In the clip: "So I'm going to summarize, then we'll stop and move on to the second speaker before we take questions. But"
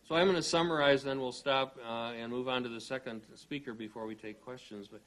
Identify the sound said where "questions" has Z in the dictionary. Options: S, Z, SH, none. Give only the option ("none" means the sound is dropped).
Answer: Z